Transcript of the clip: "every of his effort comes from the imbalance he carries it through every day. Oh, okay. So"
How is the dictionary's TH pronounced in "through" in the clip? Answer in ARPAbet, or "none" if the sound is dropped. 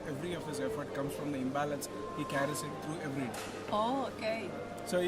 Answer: T